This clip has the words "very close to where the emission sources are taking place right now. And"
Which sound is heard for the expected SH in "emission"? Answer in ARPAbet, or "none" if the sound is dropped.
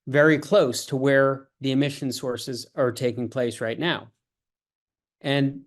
SH